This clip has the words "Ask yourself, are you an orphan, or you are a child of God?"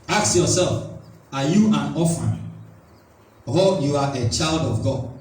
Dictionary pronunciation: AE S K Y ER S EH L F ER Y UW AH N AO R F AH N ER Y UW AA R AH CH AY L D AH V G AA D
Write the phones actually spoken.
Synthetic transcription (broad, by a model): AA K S Y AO S EH L F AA Y UW AH N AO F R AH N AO Y UW AA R AH CH AY L D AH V G AA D